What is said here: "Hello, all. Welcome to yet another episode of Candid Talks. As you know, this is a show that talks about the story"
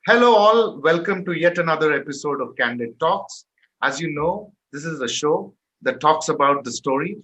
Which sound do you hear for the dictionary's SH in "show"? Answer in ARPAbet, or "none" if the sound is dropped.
SH